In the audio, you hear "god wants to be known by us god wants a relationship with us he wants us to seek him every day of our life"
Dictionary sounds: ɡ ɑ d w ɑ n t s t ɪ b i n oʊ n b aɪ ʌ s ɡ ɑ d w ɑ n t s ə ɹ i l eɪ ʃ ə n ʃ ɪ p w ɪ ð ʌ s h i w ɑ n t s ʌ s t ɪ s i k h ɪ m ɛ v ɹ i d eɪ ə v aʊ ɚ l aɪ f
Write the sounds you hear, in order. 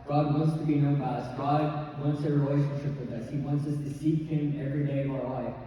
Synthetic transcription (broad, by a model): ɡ ɑ d w ɑ n t s t ɪ b i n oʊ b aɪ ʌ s ɡ ɑ d w ɑ n t s ə ɹ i l eɪ ʃ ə n ʃ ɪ p w ɪ ð ʌ s h i w ɑ n t s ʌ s t ɪ s i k h ɪ m ɛ v ɹ i d eɪ ə v aʊ ɚ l aɪ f